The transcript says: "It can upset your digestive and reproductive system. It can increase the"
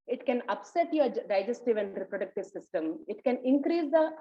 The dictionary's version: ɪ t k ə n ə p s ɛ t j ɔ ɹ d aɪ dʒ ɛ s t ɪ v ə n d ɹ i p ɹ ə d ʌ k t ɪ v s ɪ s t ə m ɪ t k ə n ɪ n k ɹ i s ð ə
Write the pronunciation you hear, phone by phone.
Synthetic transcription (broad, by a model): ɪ t k ə n ə p s ɛ t j ɔ ɹ d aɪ dʒ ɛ s t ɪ v ə n d ɹ i p ɹ ə d ʌ k t ɪ v s ɪ s t ə m ɪ t k ə n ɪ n k ɹ i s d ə